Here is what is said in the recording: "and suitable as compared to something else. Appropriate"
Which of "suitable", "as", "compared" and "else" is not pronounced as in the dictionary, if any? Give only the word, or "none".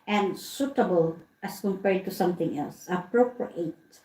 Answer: as